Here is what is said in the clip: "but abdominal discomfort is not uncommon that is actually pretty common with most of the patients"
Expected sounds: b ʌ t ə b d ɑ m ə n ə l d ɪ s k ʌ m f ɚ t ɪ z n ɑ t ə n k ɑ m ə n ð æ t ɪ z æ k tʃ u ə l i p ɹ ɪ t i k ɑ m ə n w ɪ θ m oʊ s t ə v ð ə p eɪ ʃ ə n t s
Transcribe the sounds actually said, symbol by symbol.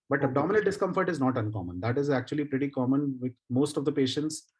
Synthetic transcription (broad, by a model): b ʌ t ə d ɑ m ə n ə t d ɪ s k ʌ m f ɚ t ɪ z n ɑ t ə n k ɑ m ə n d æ t ɪ z æ k tʃ u ə l i p ɹ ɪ t i k ɑ m ə n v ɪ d m oʊ s t ə v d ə p eɪ ʃ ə n t s